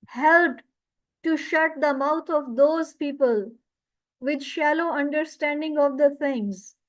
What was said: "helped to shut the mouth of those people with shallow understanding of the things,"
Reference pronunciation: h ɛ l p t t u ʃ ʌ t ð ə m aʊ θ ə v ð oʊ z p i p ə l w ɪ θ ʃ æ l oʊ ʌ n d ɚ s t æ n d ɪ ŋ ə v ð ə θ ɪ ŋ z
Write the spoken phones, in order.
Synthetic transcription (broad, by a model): h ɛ l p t t u ʃ ʌ t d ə m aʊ t ə v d oʊ z p i p ə l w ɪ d ʃ æ l oʊ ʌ n d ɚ s t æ n d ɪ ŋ ə v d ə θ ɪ ŋ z